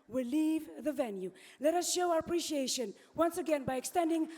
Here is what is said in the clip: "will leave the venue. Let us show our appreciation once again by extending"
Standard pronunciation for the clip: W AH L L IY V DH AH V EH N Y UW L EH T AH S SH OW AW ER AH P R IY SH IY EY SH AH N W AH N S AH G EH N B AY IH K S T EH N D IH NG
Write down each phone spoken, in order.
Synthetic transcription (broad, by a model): W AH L L IY V DH AH V EH N Y UW L EH T AH S SH OW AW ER AH P R IY SH IY EY SH AH N W AH N S AH G EH N B AY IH K S T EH N D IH NG